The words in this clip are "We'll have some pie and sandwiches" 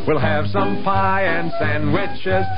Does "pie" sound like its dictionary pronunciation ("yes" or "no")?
yes